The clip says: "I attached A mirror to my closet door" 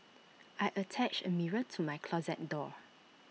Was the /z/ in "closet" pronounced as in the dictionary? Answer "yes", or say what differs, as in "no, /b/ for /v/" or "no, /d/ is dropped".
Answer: yes